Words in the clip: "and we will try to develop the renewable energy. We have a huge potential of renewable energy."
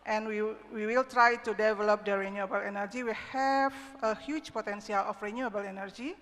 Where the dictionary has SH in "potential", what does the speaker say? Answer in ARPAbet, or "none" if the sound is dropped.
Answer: S